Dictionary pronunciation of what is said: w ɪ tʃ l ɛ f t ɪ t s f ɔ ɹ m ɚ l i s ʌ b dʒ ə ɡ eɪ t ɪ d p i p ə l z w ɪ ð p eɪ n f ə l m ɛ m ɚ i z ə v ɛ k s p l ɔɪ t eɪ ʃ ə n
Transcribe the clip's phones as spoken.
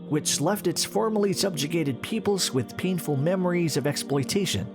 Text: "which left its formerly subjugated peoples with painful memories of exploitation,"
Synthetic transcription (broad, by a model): w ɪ tʃ l ɛ f t ɪ t s f ɔ ɹ m ɚ l i s ʌ b dʒ ə ɡ eɪ t ɪ d p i p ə l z w ɪ ð p eɪ n f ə l m ɛ m ɚ i z ə v ɛ k s p l ɔɪ t eɪ ʃ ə n